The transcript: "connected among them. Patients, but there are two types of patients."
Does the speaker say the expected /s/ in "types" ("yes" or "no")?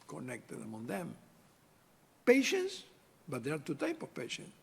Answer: no